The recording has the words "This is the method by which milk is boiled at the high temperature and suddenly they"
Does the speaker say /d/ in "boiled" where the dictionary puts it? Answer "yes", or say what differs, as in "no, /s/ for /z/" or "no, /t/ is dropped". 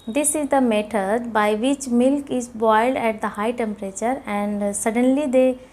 yes